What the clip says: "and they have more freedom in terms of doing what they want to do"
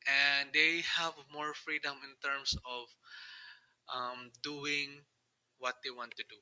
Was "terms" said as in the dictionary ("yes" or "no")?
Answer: no